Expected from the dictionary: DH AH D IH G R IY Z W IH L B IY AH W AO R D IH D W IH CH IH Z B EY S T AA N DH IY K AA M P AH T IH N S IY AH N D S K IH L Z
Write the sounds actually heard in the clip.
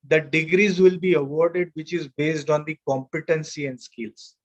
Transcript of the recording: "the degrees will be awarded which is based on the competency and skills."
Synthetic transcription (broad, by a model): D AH D IH G R IY Z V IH L B IY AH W AO R D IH D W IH CH IH Z B EY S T AA N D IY K AA M P AH T IH N S IY AH N D S K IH L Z